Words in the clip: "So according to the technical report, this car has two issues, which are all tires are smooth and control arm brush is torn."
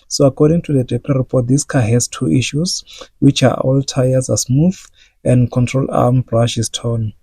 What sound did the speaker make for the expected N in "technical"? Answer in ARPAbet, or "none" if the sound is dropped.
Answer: L